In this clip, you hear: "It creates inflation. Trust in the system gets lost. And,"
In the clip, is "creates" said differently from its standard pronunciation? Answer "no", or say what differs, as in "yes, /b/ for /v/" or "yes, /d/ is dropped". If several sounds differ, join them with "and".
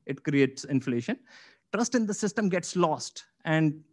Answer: no